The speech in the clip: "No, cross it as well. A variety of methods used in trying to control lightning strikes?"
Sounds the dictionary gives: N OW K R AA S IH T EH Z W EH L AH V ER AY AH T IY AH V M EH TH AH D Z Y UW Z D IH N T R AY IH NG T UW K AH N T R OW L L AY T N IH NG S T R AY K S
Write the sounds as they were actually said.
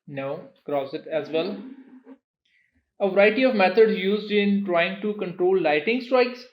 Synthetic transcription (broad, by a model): N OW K R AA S IH T EH Z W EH L AH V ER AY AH T IY AH V M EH T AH D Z Y UW Z D IH N T R AY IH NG T UW K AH N T R OW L L AY T IH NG S T R AY K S